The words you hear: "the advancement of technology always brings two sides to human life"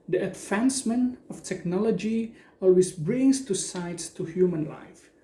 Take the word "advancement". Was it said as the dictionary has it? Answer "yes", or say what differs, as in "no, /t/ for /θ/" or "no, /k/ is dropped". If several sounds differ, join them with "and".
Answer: no, /t/ is dropped